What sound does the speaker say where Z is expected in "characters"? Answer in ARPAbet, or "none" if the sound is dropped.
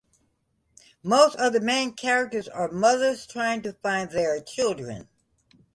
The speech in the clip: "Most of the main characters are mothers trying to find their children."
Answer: Z